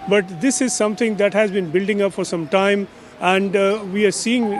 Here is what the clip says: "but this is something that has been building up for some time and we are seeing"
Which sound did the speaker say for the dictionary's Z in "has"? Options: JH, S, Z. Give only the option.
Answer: Z